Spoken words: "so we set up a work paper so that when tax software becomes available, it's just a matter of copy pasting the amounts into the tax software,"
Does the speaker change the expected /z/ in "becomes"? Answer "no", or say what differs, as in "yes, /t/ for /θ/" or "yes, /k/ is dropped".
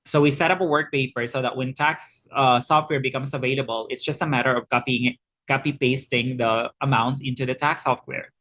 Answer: yes, /s/ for /z/